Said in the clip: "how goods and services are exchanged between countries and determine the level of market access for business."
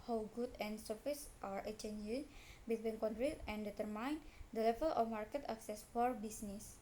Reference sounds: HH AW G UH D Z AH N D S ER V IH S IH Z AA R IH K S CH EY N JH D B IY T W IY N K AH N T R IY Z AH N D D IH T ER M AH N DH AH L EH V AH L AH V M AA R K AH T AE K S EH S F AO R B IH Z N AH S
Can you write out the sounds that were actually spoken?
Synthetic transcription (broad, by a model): HH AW G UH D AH N S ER F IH S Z AA R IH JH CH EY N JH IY B IY T W IY N K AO N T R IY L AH N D D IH T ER M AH N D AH L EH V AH L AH F M AA R K AH T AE K S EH S F AO R B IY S N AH S